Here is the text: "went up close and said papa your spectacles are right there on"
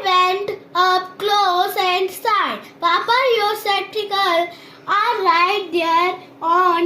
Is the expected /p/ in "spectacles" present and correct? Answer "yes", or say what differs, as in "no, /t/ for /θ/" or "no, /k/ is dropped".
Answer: no, /p/ is dropped